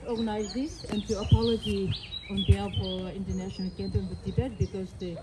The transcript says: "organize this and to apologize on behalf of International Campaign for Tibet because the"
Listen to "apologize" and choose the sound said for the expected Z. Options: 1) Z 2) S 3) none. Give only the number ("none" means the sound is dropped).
3